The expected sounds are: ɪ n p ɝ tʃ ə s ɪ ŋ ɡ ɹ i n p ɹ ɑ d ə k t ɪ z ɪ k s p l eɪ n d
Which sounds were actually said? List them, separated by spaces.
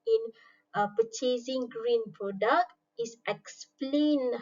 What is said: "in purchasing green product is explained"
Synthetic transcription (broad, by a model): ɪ n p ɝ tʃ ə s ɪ ŋ ɡ ɹ i n p ɹ ɑ d ə k t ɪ s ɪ k s p l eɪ n